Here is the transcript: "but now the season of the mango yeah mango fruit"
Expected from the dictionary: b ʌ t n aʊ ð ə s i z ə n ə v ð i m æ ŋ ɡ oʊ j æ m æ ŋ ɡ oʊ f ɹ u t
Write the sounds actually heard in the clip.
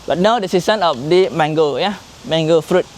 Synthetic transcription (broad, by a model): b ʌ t n aʊ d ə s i s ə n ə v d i m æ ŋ ɡ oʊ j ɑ m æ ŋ ɡ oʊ f ɹ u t